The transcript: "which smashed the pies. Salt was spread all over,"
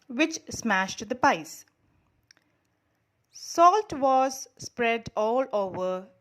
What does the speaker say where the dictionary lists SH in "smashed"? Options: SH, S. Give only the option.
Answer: SH